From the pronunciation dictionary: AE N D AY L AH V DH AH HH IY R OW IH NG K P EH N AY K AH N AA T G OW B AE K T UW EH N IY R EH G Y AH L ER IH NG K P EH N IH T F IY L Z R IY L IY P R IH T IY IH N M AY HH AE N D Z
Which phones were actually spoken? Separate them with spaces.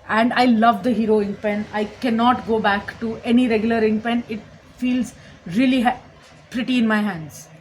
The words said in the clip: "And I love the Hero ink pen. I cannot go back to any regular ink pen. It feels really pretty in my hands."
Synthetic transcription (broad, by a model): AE N D AY L AH V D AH HH IY R OW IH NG P EH N AY K AH N AA T G OW B AE K T UW EH N IY R EH G Y AH L ER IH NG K P EH N IH T F IY L Z R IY L IY P R IH T IY IH N M AY HH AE N D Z